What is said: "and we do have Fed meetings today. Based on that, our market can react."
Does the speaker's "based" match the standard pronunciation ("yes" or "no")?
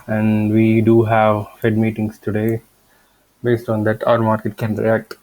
yes